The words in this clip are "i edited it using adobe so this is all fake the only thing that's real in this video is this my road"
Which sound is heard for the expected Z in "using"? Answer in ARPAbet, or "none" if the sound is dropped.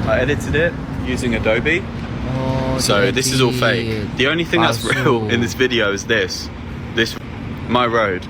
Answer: Z